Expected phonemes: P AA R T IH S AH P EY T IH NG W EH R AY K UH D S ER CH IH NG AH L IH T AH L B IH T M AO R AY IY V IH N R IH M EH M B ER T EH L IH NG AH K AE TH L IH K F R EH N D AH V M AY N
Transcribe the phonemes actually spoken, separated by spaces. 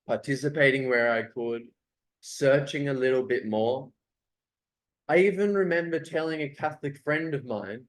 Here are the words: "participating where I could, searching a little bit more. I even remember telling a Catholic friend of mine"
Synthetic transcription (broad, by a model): P AA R T IH S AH P EY T IH NG W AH R AY K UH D S ER CH IH NG AH L IH T L B IH T M AO R AY IY V IH N R IH M EH M B ER T EH L IH NG AH K AE TH L IH K F R EH N D AH V M AY N